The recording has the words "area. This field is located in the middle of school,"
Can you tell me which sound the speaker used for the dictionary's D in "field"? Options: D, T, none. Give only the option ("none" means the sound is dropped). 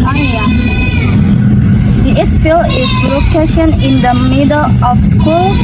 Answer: none